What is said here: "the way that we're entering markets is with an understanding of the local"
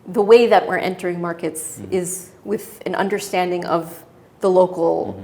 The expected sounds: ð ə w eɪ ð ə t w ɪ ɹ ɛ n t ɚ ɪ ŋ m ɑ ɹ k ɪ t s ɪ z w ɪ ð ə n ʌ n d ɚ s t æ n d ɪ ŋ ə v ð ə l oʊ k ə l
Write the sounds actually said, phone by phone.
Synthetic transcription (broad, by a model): ð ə w eɪ ð ə t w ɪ ɹ ɛ n t ɚ ɪ ŋ m ɑ ɹ k ɪ t s ɪ z w ɪ ð ə n ʌ n d ɚ s t æ n d ɪ ŋ ə v ð ə l oʊ k l